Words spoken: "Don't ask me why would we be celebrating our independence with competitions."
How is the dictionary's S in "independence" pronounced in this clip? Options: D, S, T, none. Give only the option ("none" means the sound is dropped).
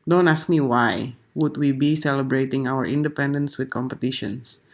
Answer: S